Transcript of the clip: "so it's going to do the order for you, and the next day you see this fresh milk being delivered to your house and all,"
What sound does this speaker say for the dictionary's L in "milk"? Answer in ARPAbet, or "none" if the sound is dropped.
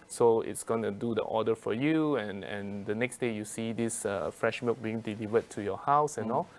none